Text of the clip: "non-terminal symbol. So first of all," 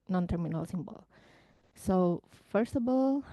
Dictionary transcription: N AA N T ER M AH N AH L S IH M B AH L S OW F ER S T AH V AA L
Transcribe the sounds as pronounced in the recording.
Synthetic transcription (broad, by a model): N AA N T ER M AH N AH L S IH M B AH L S OW F ER S T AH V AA L